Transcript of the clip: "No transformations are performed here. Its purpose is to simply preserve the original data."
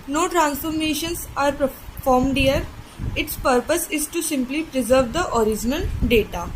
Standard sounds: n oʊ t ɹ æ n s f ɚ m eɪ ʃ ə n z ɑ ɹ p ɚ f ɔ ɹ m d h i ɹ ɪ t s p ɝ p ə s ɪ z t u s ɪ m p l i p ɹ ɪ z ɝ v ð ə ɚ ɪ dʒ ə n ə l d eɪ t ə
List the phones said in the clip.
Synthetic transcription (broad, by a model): n oʊ t ɹ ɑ n s f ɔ m eɪ ʃ ə n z ɑ ɹ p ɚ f ɔ ɹ m d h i ɹ ɪ t s p ɝ p ə s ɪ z t u s ɪ m p l i p ɹ ɪ z ɝ v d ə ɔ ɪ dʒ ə n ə n d eɪ t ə